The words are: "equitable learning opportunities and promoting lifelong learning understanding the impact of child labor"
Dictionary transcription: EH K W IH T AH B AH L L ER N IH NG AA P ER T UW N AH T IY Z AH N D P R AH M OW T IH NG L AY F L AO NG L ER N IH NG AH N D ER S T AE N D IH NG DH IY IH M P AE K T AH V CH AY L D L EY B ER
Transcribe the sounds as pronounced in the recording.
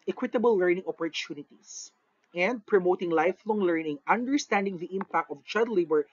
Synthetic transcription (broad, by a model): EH K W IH T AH B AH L L ER N IH NG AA P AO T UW N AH T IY S AH N D P R AH M OW T IH NG L AY F L AO NG L ER N IH NG AH N D ER S T AE N D IH NG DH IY IH M P AE K T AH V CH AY D L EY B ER